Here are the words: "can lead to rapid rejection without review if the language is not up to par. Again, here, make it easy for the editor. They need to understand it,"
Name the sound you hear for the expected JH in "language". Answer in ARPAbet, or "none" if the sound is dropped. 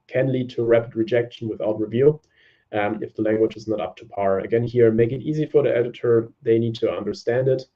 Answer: JH